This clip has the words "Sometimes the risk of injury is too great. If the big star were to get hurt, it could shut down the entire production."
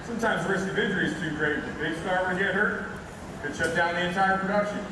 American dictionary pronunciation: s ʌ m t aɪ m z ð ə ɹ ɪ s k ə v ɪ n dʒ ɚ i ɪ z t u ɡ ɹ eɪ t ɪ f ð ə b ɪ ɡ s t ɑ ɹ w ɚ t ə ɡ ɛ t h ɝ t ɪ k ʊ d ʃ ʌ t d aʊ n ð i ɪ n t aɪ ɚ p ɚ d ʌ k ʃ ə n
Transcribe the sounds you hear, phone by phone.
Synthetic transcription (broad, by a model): s ʌ m t aɪ m z ɹ ɪ s k ə v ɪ dʒ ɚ i ɪ z t u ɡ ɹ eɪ ɪ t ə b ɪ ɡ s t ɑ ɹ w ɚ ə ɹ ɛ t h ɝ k ɪ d ʃ ʌ t d aʊ n ð i ɪ n t aɪ ɚ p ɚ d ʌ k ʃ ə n